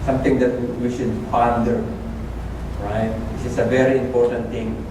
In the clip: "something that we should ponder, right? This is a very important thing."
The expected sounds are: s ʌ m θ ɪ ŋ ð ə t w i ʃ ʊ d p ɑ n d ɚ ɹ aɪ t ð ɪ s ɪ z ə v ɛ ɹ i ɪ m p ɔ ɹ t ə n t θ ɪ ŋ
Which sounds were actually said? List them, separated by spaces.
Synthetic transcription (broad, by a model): s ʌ m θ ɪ ŋ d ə t w i ʃ ʊ d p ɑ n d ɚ ɹ aɪ t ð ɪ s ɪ s ə v ɛ ɹ i ɪ m p ɔ ɹ t ə n t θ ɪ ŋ